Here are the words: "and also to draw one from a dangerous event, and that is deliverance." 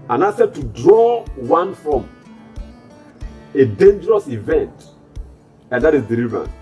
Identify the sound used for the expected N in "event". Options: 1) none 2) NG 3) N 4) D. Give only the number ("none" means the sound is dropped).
3